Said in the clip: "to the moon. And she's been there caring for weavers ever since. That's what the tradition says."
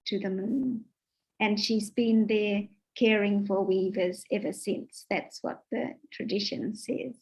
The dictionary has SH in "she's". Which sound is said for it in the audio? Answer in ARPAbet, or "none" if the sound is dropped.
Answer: SH